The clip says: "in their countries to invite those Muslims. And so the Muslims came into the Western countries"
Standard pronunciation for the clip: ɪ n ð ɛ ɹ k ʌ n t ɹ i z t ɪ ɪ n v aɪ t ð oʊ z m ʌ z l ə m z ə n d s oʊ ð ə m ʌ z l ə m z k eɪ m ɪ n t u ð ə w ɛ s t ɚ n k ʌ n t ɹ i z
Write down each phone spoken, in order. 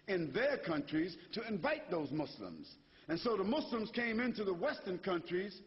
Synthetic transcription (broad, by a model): ɪ n ð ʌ ɹ k ʌ n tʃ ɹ i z t ɪ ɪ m v aɪ t ð oʊ z m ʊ s l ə m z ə n s oʊ ð ə m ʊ s l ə m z k eɪ m ɪ n t u ð ə w ɛ s t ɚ n k ʌ n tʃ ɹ i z